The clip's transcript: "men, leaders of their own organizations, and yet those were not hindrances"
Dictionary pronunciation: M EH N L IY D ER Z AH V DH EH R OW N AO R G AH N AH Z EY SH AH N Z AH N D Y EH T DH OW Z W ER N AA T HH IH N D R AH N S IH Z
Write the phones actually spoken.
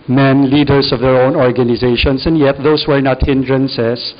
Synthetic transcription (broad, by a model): M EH N L IY D ER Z AH V DH EH R OW N AO R G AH N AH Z EY SH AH N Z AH N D Y EH T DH OW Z W ER N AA T HH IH N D R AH N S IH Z